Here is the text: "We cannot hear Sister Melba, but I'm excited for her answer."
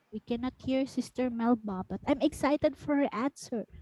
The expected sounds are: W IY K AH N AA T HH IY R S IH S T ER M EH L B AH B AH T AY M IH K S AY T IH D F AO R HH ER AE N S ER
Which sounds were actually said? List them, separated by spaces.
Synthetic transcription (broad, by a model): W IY K AH N AA T HH IY R S IH S T ER M EH L B AH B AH T AY M IH K S AY T IH D F AO R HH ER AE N S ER